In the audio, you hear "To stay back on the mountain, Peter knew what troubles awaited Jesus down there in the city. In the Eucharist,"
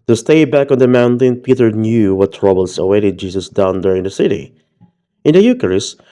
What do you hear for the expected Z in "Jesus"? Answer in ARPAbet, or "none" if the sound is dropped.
S